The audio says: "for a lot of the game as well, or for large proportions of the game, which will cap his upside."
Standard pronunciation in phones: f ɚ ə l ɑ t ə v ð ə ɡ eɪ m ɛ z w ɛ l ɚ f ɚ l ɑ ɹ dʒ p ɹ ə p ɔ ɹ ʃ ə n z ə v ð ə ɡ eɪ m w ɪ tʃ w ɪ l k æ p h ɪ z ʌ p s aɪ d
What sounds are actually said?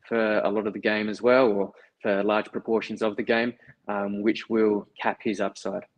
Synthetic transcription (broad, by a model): f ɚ ə l ɑ t ə v ð ə ɡ eɪ m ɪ z w ɛ l ɚ f ɚ l ɑ ɹ dʒ p ɹ ə p ɔ ɹ ʃ ə n z ə v ð ə ɡ eɪ m w ɪ tʃ w ɪ l k æ p h ɪ z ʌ p s aɪ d